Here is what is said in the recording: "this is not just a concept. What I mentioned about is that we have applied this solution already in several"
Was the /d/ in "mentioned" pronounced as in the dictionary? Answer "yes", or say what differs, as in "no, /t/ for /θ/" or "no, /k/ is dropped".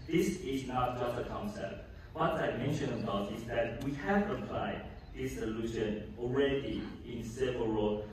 no, /d/ is dropped